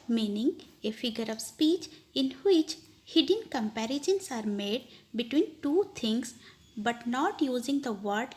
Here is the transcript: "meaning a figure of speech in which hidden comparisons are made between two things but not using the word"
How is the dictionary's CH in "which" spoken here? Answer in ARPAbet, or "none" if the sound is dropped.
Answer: CH